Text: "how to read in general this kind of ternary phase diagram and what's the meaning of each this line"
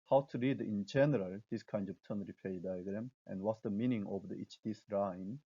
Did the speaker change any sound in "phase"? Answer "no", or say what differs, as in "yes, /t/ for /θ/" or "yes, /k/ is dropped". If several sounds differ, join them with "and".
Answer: yes, /p/ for /f/